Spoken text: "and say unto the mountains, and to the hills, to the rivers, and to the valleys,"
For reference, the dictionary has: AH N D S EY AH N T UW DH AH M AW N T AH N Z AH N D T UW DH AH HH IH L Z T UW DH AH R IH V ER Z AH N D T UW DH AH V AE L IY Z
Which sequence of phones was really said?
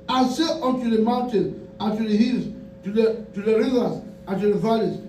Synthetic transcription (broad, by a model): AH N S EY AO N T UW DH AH M AW N T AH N AH N T UW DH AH HH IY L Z T UW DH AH R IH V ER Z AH N T UW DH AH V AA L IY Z